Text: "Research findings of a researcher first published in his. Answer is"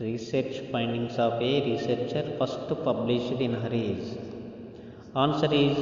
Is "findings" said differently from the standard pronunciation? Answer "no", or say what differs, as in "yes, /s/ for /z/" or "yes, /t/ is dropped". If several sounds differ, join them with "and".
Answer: yes, /p/ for /f/